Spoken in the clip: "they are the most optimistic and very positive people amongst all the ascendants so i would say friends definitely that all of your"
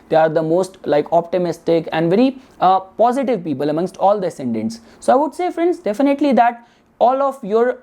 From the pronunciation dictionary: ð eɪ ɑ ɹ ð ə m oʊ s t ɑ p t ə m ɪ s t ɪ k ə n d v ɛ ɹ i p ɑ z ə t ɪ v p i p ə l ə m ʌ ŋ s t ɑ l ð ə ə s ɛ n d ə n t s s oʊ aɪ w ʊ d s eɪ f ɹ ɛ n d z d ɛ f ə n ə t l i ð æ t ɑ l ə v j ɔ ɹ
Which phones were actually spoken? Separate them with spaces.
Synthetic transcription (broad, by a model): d eɪ ɑ ɹ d ə m oʊ s t ɑ p t ə m ɪ s t ɪ k ə n d v ɛ ɹ i p ɑ z ə t ɪ v p i p ə l ə m ʌ ŋ s t ɑ l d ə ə s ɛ n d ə n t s s oʊ aɪ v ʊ d s eɪ f ɹ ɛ n d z d ɛ f ə n ə t l i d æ t ɑ l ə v j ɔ ɹ